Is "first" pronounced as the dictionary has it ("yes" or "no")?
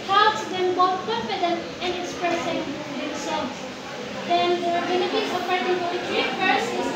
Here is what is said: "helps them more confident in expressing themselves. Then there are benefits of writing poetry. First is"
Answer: no